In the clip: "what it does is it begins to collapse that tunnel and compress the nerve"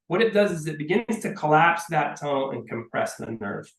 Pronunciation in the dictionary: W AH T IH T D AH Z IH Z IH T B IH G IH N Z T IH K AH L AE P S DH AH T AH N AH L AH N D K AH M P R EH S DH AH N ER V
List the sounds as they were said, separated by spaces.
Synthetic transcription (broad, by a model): W AH T IH T D AH Z IH Z IH T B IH G IH N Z T IH K AH L AE P S DH AH T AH AH N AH N K AH M P R EH S DH AH N ER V